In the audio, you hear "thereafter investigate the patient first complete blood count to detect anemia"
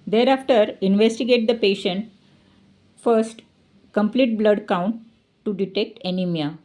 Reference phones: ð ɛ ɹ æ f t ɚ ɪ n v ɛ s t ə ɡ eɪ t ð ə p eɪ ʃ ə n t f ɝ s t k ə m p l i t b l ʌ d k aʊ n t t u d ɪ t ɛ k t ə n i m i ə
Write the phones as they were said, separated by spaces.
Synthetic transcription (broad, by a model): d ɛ ɹ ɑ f t ɚ ɪ n v ɛ s t ə ɡ eɪ t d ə p eɪ ʃ ə n t f ɝ s t k ə m p l i t b l ʌ d k aʊ n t t u d ɪ t ɛ k t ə n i m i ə